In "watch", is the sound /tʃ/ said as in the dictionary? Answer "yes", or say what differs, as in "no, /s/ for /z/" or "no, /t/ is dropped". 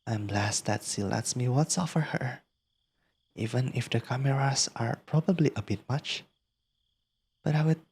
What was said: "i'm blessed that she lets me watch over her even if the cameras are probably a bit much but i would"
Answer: no, /s/ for /tʃ/